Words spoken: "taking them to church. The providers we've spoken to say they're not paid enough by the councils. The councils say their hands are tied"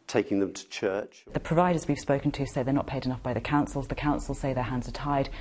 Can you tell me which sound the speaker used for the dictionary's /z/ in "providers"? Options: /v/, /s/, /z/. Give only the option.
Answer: /z/